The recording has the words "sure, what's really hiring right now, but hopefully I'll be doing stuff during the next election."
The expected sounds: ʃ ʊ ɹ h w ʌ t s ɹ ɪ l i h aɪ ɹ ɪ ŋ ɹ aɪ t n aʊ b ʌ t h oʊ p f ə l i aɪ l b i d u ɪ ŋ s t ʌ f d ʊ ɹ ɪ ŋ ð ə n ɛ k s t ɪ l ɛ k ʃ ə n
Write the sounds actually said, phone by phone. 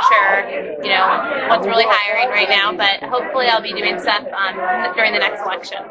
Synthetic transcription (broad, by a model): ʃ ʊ ɹ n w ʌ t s ɹ ɪ l i h aɪ ɹ ɪ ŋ ɹ aɪ t n aʊ b ʌ t h oʊ p f l i aɪ l b i d u ɪ ŋ s t ʌ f d ʊ ɹ ɪ ŋ ð ə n ɛ k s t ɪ l ɛ k ʃ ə n